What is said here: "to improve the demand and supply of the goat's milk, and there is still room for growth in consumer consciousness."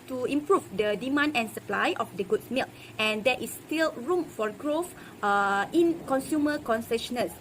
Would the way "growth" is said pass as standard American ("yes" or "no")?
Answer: no